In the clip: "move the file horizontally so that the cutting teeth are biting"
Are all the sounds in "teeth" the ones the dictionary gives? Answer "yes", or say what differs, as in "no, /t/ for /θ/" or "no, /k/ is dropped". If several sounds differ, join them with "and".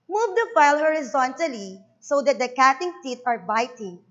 no, /t/ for /θ/